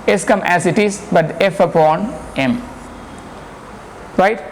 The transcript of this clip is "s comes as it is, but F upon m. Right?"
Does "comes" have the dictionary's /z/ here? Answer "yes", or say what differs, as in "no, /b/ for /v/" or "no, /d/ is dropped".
no, /z/ is dropped